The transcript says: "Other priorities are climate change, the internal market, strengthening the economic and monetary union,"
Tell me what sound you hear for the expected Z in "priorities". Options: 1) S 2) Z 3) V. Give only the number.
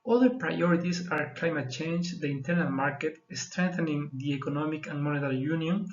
1